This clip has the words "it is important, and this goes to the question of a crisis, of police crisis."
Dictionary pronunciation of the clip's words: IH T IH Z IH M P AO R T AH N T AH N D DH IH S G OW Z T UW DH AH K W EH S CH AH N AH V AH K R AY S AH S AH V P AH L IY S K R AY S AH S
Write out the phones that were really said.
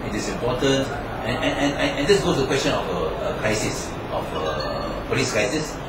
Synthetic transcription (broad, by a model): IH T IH S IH M P AO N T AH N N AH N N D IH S G OW T UW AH K W EH S CH AH N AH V AH K R AY S AH S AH F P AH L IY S K R AY S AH S